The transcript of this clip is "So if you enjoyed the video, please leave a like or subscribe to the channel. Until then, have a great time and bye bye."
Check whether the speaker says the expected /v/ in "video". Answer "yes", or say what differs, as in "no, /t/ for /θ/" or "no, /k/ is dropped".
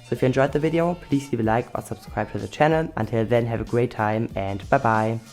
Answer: yes